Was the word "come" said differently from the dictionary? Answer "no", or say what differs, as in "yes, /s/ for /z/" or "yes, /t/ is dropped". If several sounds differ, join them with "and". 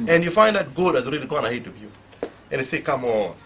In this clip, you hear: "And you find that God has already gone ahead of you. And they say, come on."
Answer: no